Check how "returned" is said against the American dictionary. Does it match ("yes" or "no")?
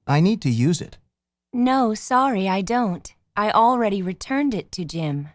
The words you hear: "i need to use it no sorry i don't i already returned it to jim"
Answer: yes